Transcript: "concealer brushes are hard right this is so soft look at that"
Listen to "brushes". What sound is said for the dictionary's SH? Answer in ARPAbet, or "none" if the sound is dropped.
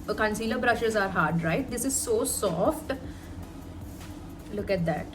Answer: SH